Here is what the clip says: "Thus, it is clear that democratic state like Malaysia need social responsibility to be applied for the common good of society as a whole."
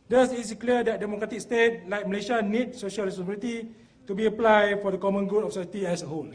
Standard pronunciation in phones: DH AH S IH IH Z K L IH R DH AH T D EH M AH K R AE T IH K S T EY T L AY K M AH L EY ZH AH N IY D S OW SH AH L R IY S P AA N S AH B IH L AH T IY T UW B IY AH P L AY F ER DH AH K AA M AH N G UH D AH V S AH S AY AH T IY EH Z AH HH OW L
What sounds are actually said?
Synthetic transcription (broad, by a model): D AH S IH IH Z K L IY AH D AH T D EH M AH K R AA T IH K S T EY T L AY K M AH L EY SH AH N IY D S OW SH AH L R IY S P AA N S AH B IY L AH T IY T UW B IY AH P L AY F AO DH AH K AA M AH N G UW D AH F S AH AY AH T IY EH S AH HH OW L